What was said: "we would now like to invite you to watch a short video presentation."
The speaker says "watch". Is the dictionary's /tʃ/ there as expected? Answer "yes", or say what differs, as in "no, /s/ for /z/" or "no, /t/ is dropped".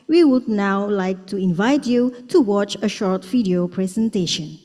yes